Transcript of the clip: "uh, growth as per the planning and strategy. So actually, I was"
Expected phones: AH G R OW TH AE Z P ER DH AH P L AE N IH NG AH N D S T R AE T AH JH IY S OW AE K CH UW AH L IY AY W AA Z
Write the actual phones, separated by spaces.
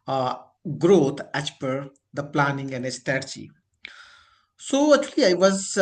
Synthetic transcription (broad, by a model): G R OW T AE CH P ER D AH P L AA N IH NG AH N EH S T AE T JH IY S OW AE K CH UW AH L IY AY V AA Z